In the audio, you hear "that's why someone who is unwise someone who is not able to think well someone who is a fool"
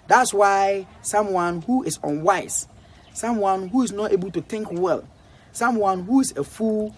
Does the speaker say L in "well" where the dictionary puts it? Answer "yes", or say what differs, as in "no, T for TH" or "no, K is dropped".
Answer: yes